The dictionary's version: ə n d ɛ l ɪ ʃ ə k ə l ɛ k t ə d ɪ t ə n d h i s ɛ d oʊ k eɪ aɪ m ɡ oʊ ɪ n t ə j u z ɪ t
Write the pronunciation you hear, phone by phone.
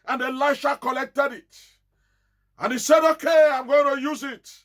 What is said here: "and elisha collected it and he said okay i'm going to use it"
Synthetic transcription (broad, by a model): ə n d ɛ l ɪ ʃ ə k ə l ɛ k t ə d ɪ t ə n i s ɛ d oʊ k eɪ aɪ m ɡ oʊ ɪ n t ə j u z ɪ t